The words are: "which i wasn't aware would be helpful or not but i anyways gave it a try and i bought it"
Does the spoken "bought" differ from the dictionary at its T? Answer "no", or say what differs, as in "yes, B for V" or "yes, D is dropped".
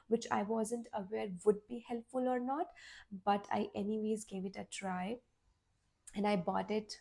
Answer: no